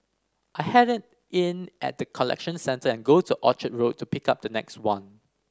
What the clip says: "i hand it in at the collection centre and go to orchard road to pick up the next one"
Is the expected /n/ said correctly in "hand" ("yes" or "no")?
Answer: no